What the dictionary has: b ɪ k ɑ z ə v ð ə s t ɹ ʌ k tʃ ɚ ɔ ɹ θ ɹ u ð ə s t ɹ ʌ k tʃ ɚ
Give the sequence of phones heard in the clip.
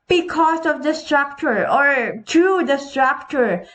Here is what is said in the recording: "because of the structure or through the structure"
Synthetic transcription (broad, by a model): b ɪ k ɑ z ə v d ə s t ɹ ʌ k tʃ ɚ ɔ ɹ t ɹ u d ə s t ɹ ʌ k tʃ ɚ